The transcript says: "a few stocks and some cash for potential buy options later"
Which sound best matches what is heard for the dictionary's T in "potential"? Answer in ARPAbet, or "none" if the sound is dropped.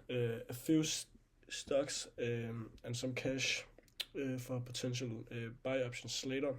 S